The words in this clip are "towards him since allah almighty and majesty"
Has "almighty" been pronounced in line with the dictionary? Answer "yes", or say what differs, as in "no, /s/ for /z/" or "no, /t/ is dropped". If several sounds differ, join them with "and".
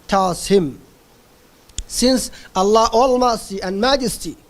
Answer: no, /s/ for /t/